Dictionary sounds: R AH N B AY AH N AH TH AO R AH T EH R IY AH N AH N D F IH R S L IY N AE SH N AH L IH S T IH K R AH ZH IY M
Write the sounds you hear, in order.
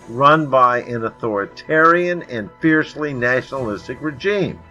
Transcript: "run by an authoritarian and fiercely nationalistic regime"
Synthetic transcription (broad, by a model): R AH N B AY AH N AH TH AO R AH T EH R IY AH N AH N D F IH R S L IY N AE SH N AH L IH S T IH K R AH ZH IY M